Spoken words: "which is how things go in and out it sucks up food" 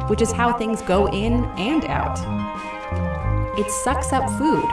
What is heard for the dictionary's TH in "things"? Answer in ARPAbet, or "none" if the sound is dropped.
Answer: TH